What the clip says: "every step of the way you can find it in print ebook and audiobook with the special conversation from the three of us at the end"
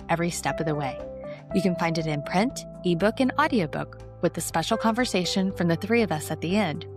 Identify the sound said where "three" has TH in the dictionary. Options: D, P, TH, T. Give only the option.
TH